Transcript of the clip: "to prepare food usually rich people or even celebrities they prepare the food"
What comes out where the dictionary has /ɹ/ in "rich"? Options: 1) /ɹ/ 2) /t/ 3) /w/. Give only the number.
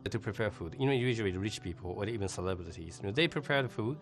1